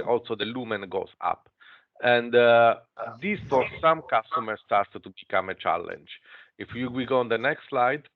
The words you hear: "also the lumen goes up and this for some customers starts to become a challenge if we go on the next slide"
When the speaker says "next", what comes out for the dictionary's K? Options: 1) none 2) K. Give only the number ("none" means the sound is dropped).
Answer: 2